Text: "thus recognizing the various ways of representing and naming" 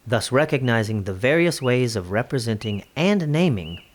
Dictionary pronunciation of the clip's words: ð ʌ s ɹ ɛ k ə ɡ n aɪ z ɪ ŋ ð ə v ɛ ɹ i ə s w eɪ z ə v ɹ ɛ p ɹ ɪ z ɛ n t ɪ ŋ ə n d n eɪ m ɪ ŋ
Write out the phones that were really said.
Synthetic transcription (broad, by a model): ð ʌ s ɹ ɛ k ə ɡ n aɪ z ɪ ŋ ð ə v ɛ ɹ i ə s w eɪ z ə v ɹ ɛ p ɹ ɪ z ɛ n t ɪ ŋ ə n n eɪ m ɪ ŋ